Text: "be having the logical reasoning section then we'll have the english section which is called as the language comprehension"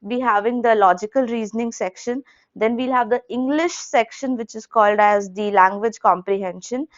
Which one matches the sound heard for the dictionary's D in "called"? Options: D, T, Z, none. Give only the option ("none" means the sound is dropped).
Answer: D